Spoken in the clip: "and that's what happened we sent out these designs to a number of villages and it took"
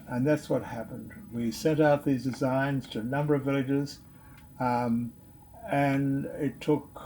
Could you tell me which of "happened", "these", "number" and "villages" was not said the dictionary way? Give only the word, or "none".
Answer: none